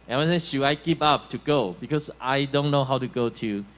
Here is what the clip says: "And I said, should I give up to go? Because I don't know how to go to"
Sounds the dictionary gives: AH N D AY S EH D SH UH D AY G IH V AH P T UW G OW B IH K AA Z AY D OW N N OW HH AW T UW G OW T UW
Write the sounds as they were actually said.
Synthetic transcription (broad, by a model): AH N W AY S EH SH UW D AY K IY P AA P T UW G OW B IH K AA S AY D OW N N OW HH AW T UW G OW T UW